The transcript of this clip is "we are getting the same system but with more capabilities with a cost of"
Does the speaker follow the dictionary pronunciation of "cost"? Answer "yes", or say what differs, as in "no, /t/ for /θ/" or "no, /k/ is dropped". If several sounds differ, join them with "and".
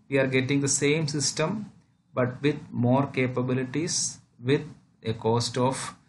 yes